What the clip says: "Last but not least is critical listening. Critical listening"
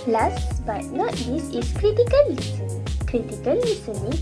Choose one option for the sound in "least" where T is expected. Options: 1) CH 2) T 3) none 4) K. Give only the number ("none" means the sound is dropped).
3